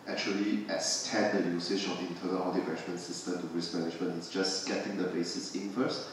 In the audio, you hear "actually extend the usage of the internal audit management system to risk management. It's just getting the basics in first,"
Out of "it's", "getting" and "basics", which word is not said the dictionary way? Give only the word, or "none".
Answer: basics